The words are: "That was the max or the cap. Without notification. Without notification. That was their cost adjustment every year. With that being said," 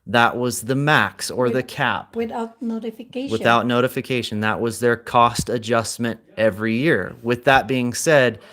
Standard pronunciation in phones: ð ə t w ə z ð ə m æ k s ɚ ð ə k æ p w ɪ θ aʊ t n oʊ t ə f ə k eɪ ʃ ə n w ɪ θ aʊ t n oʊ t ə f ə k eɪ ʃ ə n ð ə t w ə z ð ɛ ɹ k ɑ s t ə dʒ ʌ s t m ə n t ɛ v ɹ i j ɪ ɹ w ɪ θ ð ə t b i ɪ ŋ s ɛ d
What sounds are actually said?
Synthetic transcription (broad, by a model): ð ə t w ə z ð ə m æ k s ɚ ð ə k æ p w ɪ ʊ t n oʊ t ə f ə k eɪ w ɪ θ aʊ t n oʊ t ə f ə k eɪ ʃ ə n ð ə t w ə z ð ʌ ɹ k ɑ s t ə dʒ ʌ s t m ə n t ɛ v ɹ i j ɪ ɹ w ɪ ð ə t b i ɪ ŋ s ɛ d